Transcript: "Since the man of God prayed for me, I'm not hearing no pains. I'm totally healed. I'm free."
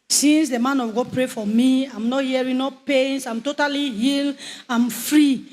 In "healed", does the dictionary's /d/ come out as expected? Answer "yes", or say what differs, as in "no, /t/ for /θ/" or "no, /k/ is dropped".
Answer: no, /d/ is dropped